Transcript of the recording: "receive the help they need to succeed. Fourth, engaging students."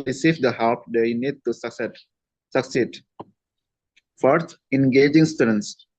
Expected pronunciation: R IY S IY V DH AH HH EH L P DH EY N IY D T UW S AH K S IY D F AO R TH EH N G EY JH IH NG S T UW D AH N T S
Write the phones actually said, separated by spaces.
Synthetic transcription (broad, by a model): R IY S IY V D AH HH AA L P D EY N IY D T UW S AH K S IY D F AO R T EH N G EY JH IH NG S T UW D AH N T S